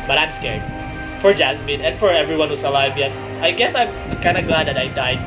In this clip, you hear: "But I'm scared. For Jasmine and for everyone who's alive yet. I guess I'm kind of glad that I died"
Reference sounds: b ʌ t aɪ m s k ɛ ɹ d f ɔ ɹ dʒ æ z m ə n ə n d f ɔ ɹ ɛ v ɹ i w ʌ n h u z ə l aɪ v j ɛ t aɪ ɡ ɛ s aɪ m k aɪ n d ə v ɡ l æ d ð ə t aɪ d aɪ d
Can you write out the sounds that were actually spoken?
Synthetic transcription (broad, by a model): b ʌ t aɪ m s k ɛ ɹ d f ɔ ɹ dʒ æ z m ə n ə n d f ɔ ɹ ɛ v ɹ i w ʌ n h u s ə l aɪ v j ɛ t aɪ ɡ ɛ s aɪ m k aɪ n d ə ɡ l æ d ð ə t aɪ d aɪ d